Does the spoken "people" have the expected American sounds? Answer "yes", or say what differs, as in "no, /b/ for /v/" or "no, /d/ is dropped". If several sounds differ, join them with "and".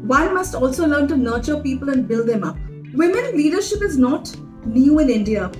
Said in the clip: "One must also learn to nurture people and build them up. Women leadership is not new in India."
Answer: yes